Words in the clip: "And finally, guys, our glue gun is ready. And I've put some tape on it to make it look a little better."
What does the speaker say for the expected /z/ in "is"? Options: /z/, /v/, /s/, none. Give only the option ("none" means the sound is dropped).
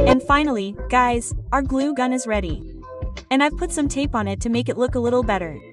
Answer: /z/